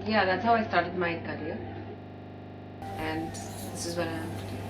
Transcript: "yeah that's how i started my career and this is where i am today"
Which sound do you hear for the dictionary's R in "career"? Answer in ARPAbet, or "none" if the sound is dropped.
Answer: L